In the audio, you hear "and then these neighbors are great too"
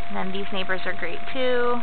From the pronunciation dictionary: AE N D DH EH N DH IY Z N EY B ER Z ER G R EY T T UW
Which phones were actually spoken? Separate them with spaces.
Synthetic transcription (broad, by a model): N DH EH N DH IY Z N EY B ER Z ER G R EY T T UW